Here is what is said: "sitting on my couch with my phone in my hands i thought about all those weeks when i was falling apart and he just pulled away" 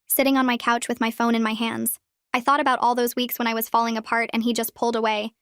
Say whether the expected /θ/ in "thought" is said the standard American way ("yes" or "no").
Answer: yes